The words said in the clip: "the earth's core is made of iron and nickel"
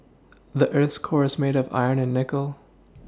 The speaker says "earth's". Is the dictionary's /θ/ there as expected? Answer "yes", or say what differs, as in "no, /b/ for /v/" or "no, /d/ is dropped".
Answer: yes